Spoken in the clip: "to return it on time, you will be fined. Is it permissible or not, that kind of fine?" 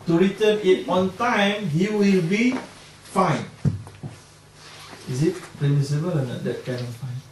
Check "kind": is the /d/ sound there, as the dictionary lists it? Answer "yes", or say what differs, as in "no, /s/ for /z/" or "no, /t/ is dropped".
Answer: no, /d/ is dropped